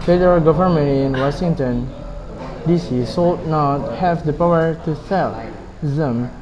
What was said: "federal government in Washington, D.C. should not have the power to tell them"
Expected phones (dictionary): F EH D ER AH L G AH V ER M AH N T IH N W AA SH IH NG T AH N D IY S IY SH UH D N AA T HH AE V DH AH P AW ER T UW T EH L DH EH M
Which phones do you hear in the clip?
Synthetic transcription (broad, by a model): F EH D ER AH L G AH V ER M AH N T IH N W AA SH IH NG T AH N D IY S IY S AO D N AA T HH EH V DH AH P AW ER T UW S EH L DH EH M